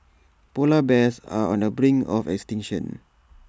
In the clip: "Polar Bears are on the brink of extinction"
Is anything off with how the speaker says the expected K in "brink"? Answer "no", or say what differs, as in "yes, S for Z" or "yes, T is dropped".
yes, K is dropped